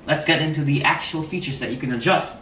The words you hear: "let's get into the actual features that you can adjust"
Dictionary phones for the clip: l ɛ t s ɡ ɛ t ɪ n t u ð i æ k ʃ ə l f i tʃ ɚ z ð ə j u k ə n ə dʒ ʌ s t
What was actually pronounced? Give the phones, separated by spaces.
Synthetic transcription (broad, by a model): l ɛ t s ɡ ɛ t ɪ n t u ð i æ k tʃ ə l f i tʃ ɚ z ð ə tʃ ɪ k ə n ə dʒ ʌ s t